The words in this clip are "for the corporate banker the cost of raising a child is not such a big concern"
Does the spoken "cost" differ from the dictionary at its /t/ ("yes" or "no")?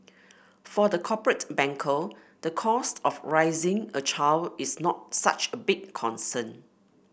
no